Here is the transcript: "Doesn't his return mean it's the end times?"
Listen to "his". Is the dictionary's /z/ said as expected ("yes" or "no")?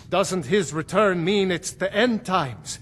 yes